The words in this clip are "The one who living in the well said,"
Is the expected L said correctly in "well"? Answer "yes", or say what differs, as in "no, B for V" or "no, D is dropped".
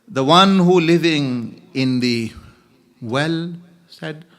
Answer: yes